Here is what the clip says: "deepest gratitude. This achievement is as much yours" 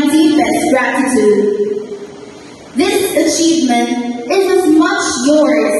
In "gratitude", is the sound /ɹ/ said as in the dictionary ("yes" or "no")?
yes